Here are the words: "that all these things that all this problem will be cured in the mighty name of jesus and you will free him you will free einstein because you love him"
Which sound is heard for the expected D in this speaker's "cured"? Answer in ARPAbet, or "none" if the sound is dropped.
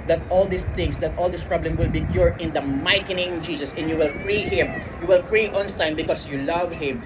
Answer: none